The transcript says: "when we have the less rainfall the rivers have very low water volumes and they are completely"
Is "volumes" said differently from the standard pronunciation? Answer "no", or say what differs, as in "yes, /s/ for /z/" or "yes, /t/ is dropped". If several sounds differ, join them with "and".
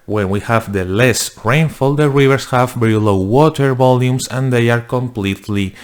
yes, /s/ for /z/